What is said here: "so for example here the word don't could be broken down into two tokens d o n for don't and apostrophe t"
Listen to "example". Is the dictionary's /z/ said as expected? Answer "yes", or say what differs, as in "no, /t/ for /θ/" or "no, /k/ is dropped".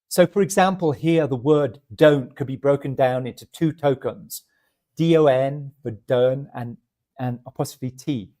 yes